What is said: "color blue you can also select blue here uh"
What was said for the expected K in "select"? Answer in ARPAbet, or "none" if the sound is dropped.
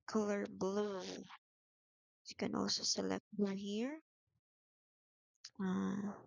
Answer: K